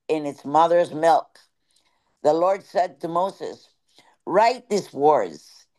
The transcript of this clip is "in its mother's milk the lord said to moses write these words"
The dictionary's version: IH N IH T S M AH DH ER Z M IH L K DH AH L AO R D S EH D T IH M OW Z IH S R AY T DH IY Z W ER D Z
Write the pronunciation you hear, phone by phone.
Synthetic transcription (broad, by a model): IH N IH T S M AH DH ER Z M IH L K DH AH L AO R D S EH D T IH M OW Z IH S R AY T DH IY S W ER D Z